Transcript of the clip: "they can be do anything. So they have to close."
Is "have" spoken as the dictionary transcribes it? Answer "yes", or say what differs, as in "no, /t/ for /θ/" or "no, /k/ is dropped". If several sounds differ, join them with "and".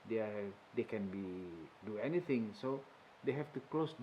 no, /f/ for /v/